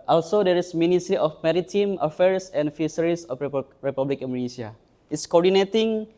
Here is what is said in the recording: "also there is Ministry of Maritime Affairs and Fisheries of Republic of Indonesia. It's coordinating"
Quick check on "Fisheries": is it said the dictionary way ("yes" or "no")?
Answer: no